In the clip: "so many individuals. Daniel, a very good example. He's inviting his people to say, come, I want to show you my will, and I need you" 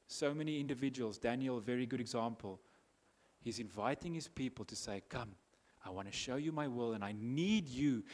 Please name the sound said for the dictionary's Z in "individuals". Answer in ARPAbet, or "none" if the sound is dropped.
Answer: Z